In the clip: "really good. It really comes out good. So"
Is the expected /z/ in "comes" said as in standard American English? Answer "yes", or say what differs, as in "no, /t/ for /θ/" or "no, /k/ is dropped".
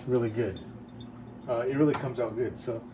yes